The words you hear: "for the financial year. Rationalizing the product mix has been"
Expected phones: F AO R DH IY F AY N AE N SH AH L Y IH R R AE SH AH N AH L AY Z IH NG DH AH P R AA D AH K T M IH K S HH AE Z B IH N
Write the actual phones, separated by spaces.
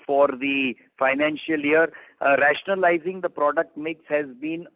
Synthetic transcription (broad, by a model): F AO R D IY F AY N AE N SH AH L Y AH R R AE SH AH N AH L AY Z IH NG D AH P R AA D AH K T M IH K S HH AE Z B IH N